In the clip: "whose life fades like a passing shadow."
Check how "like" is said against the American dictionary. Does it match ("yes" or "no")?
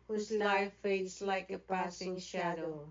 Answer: yes